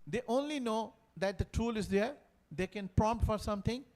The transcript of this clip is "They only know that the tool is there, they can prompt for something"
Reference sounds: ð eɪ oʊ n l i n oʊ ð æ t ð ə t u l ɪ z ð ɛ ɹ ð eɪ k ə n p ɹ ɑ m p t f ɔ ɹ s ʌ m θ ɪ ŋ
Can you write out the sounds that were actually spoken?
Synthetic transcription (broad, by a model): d eɪ oʊ n l i n oʊ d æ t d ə t u l ɪ z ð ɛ ɹ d eɪ k ə n p ɹ ɑ m p t f ɔ ɹ s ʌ m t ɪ ŋ